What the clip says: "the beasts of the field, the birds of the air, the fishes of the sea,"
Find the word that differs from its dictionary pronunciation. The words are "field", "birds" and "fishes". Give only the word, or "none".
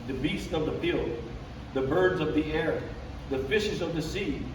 none